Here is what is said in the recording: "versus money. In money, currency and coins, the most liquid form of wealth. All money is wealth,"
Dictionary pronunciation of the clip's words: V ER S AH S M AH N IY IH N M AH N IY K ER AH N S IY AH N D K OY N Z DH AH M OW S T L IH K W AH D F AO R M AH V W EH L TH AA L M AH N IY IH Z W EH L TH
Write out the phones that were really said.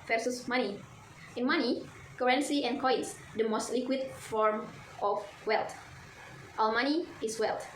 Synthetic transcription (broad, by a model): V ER S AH S M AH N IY IH N M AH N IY K ER AH N S IY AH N K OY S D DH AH M OW S T L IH K W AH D F AO R M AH F W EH L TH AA W M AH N IY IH S W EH L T